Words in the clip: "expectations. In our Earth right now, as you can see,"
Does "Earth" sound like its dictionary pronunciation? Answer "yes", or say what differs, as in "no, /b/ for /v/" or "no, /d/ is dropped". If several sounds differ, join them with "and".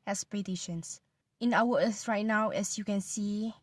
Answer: no, /s/ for /θ/